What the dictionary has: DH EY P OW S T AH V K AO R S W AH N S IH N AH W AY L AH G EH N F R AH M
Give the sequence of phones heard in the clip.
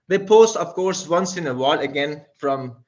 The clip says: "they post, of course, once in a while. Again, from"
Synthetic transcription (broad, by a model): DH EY P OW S AH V K AO R S W AH N S IH N AH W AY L AH G EH N F R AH M